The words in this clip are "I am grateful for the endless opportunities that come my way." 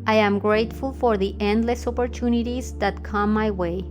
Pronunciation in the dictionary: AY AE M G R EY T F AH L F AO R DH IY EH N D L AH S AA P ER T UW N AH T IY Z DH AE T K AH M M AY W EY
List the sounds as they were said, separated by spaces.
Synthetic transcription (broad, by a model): AY AE M G R EY T F AH L F AO R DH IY EH N D L AH S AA P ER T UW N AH T IY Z DH AE T K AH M M AY W EY